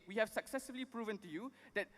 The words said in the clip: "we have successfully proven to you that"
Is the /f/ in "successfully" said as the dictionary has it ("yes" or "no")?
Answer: no